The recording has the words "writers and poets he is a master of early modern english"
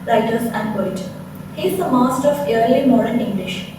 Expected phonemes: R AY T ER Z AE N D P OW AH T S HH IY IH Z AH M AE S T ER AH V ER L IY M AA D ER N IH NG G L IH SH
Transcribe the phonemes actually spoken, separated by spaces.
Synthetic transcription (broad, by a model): R AY T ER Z AE N D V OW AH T HH IY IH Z AH M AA S T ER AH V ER L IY M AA D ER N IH NG G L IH SH